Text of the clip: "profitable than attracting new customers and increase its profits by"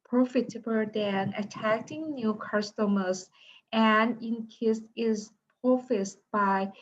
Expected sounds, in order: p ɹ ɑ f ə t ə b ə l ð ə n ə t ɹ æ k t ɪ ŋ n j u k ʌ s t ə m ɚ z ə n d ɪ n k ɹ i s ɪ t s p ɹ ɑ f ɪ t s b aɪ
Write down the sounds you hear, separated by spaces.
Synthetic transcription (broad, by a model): p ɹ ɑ f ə t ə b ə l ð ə n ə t æ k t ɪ ŋ n j u k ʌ s t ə m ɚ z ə n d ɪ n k i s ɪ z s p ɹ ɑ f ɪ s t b aɪ